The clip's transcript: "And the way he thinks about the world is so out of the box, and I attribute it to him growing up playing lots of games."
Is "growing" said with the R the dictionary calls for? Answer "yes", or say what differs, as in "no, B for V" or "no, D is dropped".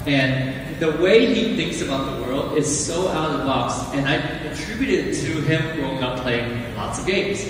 no, R is dropped